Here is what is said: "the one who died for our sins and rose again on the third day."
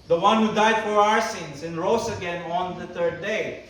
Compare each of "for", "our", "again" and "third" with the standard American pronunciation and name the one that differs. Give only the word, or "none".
third